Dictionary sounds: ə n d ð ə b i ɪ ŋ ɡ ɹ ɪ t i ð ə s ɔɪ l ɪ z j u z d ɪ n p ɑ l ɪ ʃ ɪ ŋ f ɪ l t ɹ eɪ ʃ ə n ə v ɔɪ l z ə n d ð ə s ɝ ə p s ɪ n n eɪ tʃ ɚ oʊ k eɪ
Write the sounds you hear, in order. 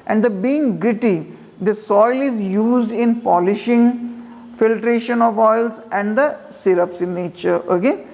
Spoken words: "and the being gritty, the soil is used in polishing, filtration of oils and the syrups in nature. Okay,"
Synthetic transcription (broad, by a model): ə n d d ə b i ɪ ŋ ɡ ɹ ɪ t i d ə s ɔɪ l ɪ z j u z d ɪ n p ɑ l ɪ ʃ ɪ ŋ f ɪ l t ɹ eɪ ʃ ə n ə v ɔɪ l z ə n d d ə s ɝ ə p s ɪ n n eɪ tʃ ɚ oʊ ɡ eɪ